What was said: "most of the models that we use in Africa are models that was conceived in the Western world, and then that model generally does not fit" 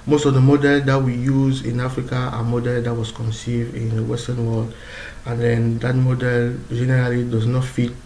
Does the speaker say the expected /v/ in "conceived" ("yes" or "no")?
yes